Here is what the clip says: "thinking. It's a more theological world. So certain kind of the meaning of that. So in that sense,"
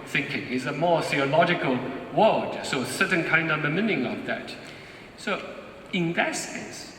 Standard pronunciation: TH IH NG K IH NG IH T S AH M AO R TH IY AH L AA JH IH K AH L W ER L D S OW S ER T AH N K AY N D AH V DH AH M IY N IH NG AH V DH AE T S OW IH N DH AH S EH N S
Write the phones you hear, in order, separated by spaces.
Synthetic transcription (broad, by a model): TH IH NG K IH NG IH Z AH M AO R TH IY AH L AA JH IH K AH L W ER L D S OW S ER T N K AY N D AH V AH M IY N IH NG AH V DH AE T S OW IH N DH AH S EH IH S